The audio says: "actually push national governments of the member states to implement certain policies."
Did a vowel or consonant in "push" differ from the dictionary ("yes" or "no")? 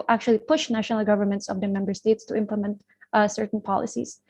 no